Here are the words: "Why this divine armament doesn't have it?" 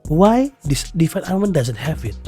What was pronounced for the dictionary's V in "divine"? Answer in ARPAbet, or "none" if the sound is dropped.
F